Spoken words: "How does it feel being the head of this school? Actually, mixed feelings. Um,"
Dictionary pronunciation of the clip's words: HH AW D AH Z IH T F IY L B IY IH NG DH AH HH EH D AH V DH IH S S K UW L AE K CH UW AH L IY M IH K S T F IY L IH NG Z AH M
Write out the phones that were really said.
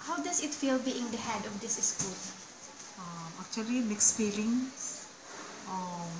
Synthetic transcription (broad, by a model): HH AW D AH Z IH T F IY L B IY IH NG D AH HH EH D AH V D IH S S K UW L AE K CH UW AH L IY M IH K S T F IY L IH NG S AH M